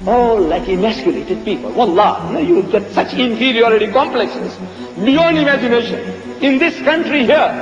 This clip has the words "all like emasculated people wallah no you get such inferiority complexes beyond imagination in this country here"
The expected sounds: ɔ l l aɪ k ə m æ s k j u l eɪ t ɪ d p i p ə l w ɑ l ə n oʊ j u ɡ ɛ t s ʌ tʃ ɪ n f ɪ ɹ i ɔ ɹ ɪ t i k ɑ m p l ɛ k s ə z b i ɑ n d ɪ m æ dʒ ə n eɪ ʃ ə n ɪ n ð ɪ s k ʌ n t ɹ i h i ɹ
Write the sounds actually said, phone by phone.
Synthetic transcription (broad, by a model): ɔ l l aɪ k ə m æ s k j u l eɪ t ɪ d p i p ə l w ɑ l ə n oʊ j u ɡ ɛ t s ʌ tʃ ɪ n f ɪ ɹ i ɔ ɹ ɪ t i k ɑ m p l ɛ k s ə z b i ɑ n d ɪ m æ dʒ ə n eɪ ʃ ə n ɪ n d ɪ s k ʌ n t ɹ i h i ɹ